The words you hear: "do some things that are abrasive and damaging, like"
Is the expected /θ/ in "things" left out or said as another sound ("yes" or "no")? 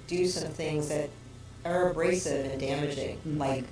no